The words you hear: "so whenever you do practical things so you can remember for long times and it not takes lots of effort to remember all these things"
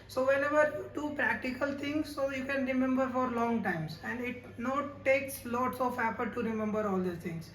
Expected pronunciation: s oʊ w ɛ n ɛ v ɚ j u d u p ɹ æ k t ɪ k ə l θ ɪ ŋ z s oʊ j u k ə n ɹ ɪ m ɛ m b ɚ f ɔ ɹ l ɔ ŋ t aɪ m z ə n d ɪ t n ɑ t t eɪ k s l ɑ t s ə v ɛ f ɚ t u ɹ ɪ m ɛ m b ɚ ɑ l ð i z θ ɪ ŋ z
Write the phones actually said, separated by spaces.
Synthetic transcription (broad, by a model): s oʊ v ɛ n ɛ v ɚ j u d u p ɹ æ k t ɪ k ə l t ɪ ŋ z s oʊ j u k ə n ɹ ɪ m ɛ m b ɚ f ɔ ɹ l ɔ ŋ t aɪ m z ə n d ɪ t n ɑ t t eɪ k s l ɑ t s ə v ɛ p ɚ t u ɹ ɪ m ɛ m b ɚ ɑ l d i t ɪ ŋ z